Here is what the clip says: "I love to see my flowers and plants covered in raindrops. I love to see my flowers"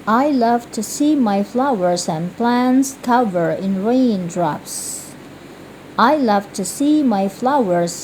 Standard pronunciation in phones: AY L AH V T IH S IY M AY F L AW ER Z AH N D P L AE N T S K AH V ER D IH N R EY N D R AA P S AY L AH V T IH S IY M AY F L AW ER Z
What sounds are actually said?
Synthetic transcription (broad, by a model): AY L AH V T IH S IY M AY F L AW ER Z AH N P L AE N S K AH V ER IH N R EY N D R AA P S AY L AH V T IH S IY M AY F L AW ER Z